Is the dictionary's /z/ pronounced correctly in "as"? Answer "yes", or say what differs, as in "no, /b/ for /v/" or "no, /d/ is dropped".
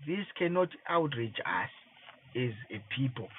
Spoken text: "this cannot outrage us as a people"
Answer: yes